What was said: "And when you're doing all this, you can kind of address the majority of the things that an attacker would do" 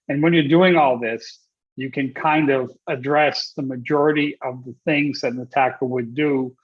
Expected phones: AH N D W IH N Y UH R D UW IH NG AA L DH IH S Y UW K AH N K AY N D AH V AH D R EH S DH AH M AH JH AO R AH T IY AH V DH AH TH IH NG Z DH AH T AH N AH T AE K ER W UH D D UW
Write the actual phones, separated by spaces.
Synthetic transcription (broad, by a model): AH N W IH N Y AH R D UW IH NG AA L DH IH S Y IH K AH N K AY N D AH V AH D R EH S DH AH M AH JH AO R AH T IY AH V DH AH TH IH NG Z DH AH T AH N AH T AE K ER W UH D D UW